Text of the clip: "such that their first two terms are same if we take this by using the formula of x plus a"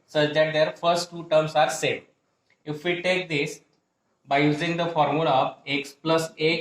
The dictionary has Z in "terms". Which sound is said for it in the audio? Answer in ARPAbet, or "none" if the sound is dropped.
S